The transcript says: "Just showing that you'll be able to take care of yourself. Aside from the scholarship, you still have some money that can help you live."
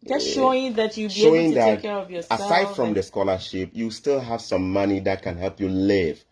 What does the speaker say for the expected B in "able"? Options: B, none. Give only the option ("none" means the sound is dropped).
none